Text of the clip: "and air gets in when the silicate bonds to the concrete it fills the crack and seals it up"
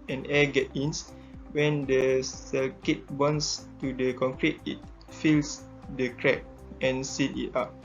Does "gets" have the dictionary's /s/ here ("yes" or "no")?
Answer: no